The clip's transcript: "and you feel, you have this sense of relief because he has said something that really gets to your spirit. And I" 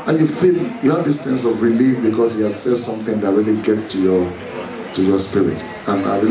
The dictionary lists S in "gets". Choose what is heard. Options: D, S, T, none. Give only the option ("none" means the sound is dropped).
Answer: S